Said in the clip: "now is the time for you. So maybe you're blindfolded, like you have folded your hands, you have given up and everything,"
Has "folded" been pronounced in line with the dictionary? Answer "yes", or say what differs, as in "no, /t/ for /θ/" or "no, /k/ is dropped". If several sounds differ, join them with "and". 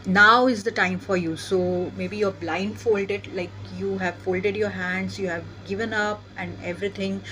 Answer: yes